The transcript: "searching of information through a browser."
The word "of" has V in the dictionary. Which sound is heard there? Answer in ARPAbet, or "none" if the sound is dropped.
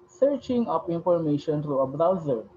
P